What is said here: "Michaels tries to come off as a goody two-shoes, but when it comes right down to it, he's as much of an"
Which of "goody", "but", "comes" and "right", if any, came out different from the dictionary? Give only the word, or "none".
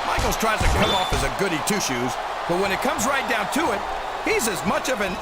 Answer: none